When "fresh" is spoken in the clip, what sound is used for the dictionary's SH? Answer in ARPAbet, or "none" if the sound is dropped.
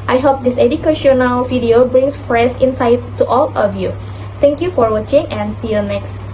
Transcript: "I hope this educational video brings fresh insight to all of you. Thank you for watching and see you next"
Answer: S